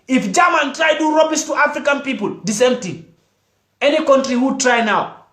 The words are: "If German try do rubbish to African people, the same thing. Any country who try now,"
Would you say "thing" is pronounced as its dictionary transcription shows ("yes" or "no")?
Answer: no